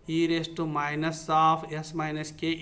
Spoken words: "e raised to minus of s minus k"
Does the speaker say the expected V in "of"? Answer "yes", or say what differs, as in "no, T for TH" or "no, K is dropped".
no, P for V